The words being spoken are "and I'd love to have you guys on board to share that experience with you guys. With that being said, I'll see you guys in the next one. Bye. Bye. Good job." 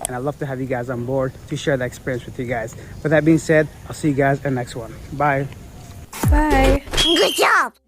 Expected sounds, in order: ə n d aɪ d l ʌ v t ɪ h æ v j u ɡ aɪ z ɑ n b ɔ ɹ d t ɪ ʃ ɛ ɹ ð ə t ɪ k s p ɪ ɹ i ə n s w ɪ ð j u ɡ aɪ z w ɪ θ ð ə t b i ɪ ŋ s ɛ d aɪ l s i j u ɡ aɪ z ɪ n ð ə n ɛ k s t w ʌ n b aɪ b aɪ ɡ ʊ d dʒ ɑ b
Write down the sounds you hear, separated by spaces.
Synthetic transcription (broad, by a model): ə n aɪ l ʌ v t ɪ h æ v j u ɡ aɪ z n b ɔ ɹ d t ɪ ʃ ɛ ɹ ð ə t ɪ k s p ɪ ɹ i ə n s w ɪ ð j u ɡ aɪ z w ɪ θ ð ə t b i ɪ ŋ s ɛ d aɪ l s i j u ɡ aɪ z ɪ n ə n ɛ k s t w ʌ n b aɪ b aɪ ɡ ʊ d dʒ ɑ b